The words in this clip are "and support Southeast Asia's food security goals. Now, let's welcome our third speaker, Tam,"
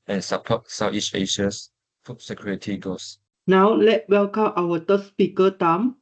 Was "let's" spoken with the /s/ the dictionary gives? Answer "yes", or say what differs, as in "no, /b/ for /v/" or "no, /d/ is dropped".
no, /s/ is dropped